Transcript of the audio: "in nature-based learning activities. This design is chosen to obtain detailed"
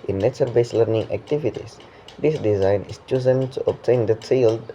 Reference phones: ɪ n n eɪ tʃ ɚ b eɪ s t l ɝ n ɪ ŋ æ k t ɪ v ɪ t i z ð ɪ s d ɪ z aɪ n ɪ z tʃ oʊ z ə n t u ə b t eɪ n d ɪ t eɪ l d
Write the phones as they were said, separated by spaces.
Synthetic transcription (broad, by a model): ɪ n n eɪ s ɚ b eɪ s l ɝ n ɪ ŋ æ k t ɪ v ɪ t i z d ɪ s d ɪ z aɪ n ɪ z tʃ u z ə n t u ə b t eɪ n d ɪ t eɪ l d